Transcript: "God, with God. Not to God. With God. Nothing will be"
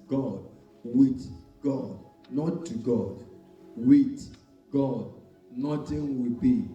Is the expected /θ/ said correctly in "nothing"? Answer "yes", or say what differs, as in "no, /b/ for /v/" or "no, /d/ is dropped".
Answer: no, /t/ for /θ/